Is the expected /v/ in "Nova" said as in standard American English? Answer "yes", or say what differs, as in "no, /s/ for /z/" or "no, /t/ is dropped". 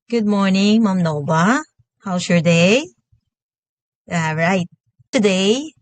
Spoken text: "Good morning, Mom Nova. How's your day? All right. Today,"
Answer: no, /b/ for /v/